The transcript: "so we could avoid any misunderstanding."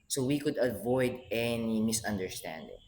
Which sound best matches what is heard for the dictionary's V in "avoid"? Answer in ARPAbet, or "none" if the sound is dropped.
V